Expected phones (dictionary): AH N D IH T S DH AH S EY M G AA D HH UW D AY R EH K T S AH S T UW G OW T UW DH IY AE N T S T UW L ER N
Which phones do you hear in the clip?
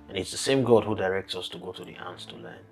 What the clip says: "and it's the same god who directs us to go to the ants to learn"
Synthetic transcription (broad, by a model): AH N IH T S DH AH S EY M G AA D HH UW D AY R EH K T S AH S T UW G OW T UW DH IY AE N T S T UW L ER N